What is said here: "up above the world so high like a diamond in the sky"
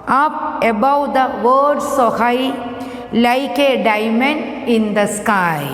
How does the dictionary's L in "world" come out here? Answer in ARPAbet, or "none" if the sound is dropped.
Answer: none